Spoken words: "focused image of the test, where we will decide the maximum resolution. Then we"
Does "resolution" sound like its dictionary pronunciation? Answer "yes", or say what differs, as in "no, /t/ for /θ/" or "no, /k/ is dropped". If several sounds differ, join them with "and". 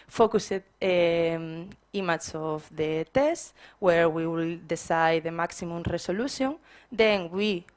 no, /s/ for /z/